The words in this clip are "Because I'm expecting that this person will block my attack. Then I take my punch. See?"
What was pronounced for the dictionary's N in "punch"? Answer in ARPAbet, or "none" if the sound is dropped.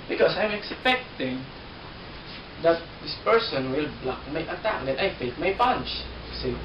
N